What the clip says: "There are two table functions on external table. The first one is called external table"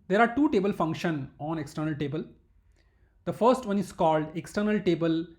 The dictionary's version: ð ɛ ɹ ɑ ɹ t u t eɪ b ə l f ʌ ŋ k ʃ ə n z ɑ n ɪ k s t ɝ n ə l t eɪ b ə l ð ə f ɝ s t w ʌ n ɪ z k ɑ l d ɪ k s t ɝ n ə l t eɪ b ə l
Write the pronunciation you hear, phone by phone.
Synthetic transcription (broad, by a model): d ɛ ɹ ɑ ɹ t u t eɪ b ə l f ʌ ŋ k ʃ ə n ɑ n ɪ k s t ɝ n ə l t eɪ b ə l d ə f ɝ s t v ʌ n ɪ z k ɑ l d ɪ k s t ɝ n ə l t eɪ b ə l